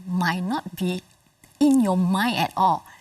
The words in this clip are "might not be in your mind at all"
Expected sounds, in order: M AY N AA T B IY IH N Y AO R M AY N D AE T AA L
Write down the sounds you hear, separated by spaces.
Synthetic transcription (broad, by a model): M AY N AA T B IY IH N Y AO M AY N EH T AA L